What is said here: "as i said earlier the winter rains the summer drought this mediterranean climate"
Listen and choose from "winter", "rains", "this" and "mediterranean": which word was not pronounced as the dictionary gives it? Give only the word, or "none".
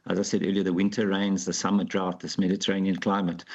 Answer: none